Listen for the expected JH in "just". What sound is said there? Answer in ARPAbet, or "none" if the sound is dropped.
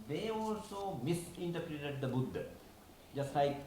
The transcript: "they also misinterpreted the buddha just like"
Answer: JH